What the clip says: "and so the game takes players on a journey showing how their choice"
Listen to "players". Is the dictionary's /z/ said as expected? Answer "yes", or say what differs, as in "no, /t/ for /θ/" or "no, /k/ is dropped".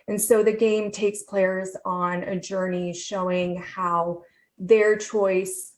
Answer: yes